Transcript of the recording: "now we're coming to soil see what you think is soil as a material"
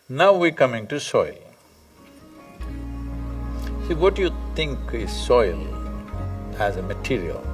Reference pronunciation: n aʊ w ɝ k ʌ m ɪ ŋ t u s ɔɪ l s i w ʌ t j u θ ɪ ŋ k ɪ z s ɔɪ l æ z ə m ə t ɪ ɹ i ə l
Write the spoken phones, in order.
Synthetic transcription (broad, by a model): n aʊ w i k ʌ m ɪ ŋ t u s ɔɪ l s i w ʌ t j u t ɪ ŋ k ɪ z s ɔɪ l æ z ə m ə t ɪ ɹ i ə l